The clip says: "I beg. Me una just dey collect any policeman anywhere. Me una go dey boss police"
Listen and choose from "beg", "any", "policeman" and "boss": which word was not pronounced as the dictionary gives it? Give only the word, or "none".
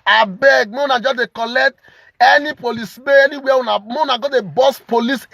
policeman